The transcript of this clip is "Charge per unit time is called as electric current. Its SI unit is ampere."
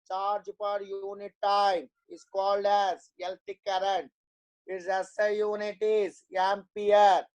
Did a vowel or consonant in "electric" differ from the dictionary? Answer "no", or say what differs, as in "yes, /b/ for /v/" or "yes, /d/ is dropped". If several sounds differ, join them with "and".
yes, /ɹ/ is dropped